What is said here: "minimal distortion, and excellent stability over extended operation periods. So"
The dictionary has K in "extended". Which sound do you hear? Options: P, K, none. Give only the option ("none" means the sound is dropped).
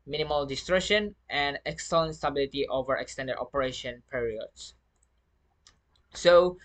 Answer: K